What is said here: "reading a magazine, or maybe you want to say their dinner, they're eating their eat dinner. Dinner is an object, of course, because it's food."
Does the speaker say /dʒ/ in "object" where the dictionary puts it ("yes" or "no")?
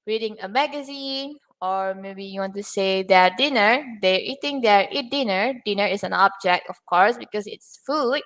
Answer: yes